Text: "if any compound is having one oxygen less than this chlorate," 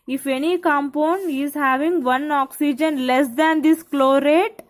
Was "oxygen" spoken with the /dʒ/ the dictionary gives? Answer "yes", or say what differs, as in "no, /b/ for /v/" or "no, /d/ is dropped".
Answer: yes